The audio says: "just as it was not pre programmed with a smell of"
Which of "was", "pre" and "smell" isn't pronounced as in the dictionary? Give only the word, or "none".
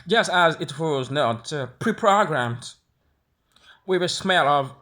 none